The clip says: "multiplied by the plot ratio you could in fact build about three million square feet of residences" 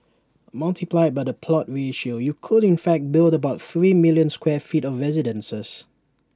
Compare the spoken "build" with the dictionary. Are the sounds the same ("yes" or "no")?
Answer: yes